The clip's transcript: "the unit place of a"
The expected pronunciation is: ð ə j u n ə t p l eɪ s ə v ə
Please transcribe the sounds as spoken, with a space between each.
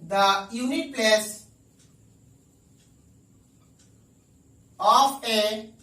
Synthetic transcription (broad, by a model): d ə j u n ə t p l eɪ s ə f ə